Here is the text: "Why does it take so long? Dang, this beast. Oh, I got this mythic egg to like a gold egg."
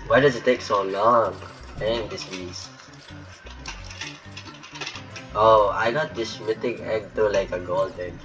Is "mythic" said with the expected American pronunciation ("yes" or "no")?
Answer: no